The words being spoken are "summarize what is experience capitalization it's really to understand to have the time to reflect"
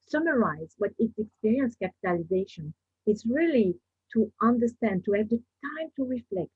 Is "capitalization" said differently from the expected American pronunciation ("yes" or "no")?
no